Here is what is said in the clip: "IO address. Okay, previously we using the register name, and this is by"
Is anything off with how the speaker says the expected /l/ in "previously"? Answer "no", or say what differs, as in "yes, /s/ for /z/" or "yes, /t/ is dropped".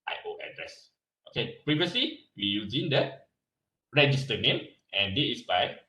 no